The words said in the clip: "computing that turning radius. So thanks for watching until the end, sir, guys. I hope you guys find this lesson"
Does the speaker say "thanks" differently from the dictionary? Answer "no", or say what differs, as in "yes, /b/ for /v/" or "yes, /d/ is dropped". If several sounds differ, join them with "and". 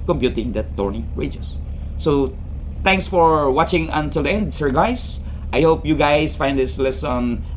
yes, /t/ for /θ/